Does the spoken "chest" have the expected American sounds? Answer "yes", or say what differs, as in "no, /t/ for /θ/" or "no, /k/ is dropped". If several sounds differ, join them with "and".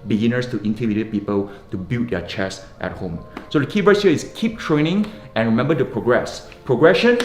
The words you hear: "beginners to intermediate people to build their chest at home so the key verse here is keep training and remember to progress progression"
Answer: yes